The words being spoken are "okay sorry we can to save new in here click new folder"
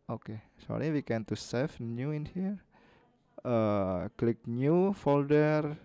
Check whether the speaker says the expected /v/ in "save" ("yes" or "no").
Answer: no